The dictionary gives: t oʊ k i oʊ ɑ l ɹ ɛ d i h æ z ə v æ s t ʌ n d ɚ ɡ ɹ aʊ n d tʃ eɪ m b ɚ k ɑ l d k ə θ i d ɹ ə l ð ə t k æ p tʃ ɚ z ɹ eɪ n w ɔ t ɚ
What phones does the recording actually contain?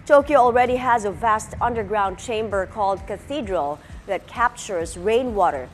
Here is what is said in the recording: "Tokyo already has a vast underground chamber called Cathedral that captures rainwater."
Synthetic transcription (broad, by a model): t oʊ k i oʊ ɑ l ɹ ɛ d i h æ z ə v æ s t ʌ n d ɚ ɡ ɹ aʊ n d tʃ eɪ m b ɚ k ɑ l d k ə θ i d ɹ ə l ð ə t k æ p tʃ ɚ z ɹ eɪ n w ɔ t ɚ